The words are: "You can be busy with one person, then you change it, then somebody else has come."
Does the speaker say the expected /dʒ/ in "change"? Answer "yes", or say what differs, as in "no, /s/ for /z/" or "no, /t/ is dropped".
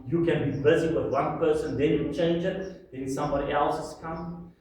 yes